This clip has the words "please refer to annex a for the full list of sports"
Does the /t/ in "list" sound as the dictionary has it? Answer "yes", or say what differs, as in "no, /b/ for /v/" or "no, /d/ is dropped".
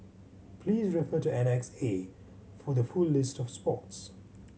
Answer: yes